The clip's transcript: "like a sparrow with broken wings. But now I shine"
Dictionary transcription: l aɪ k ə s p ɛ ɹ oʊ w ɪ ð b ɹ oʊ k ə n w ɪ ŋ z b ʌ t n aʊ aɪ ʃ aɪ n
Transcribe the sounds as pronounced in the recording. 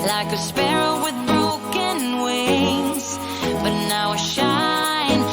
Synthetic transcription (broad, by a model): l aɪ k ə s p ɛ ɹ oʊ w ɪ ð b ɹ oʊ k ə n w ɪ z b ʌ t n aʊ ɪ ʃ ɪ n